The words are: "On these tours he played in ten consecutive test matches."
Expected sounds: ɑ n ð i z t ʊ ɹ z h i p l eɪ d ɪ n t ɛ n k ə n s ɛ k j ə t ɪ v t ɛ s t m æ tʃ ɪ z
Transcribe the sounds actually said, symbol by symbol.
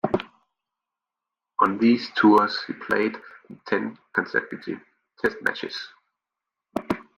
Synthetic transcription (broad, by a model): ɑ n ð i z t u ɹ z h i p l eɪ ɪ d t ɛ n k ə n s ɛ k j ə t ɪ t ɛ s t m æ tʃ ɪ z